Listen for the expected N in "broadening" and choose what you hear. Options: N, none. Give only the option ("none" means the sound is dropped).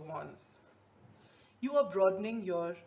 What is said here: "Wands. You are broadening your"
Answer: N